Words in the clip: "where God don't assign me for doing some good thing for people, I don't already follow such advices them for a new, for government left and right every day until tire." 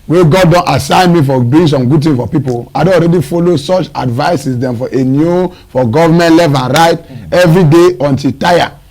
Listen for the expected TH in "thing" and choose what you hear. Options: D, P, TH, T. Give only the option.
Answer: T